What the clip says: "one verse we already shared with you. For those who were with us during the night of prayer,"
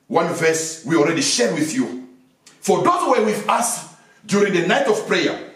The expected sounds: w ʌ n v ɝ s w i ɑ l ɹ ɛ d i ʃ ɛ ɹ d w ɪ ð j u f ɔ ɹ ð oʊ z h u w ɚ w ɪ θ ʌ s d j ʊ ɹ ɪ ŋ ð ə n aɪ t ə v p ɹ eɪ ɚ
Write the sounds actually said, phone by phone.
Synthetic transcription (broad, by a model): w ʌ n v ɝ s w i ɑ l ɹ ɛ d i ʃ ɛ ɹ w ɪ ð j u f ɔ ɹ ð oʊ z w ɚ w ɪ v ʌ s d j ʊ ɹ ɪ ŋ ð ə n aɪ t ə v p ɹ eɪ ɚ